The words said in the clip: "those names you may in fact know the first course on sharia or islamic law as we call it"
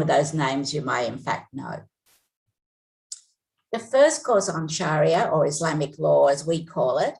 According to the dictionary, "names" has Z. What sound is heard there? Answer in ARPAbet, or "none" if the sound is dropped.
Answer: Z